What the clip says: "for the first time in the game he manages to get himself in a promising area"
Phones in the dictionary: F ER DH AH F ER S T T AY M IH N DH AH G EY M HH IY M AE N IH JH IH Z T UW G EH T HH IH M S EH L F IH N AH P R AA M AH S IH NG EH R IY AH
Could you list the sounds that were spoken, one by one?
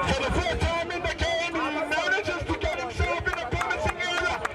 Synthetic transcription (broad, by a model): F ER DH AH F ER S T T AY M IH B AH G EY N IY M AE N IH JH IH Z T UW G EH T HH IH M S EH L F IH N AH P AA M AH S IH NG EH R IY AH